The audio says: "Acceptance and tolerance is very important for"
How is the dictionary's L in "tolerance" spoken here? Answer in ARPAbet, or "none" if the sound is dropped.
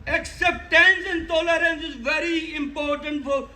L